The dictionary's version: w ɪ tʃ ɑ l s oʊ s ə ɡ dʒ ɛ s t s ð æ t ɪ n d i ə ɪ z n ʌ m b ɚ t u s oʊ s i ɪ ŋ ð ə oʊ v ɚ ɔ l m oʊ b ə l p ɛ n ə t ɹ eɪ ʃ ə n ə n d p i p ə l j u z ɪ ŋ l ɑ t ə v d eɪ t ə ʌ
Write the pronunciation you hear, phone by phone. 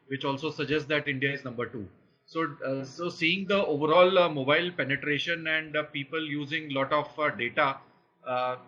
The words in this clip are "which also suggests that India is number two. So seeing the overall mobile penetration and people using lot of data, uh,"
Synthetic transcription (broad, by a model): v ɪ tʃ ɑ l s oʊ s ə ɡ dʒ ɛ s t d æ t ɪ n d i ə ɪ z n ʌ m b ɚ t u s oʊ s i ɪ ŋ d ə oʊ v ɚ ɔ l m oʊ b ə l p ɛ n ə t ɹ eɪ ʃ ə n ə n d p i p ə l j u z ɪ ŋ l ɑ t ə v d eɪ t ə